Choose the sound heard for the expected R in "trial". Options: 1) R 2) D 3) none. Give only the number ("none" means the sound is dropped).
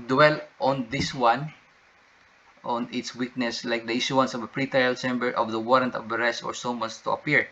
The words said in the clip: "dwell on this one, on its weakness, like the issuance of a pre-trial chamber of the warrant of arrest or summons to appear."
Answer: 3